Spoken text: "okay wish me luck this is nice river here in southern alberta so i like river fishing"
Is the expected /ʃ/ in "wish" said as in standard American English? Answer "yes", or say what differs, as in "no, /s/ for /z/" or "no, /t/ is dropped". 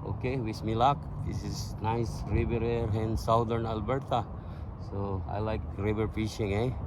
no, /s/ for /ʃ/